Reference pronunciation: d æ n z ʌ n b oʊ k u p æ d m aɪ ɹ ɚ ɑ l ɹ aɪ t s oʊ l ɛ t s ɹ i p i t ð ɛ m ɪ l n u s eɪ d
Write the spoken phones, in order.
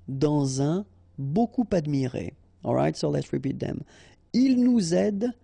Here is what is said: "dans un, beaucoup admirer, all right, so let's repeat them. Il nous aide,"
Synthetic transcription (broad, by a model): d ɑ z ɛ b oʊ k u p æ d m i ɹ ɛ ɑ l ɹ aɪ t s oʊ l ɛ t s ɹ i p i t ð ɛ m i l n u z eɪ d